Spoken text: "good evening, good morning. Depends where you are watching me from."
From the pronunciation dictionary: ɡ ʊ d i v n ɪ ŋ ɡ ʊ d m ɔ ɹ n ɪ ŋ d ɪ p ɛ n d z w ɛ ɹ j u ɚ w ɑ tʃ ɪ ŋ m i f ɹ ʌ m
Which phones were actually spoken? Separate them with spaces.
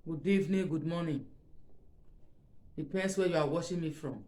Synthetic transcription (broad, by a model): ɡ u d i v n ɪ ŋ ɡ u d m ɔ n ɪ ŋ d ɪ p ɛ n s w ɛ j u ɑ w ɑ ʃ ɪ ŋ m i f ɹ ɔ m